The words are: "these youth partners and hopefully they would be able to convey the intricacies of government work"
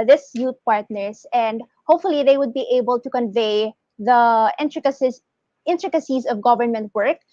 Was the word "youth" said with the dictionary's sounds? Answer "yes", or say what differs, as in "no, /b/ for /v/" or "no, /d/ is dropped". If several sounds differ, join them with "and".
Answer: no, /t/ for /θ/